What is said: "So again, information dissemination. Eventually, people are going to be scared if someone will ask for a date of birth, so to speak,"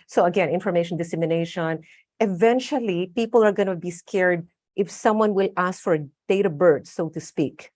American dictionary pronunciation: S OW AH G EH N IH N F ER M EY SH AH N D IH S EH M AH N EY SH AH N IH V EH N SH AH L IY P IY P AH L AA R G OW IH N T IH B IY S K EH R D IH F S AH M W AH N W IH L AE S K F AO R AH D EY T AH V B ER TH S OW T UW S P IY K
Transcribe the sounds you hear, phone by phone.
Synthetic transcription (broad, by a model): S OW AH G EH N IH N F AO M EY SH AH N D IH S EH M AH N EY SH AH N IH V EH N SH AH L IY P IY P AH L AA R G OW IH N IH B IY S K EH R D IH F S AH M W AH N W IH L AE S K F AO R D EY T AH B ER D S OW T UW S P IY K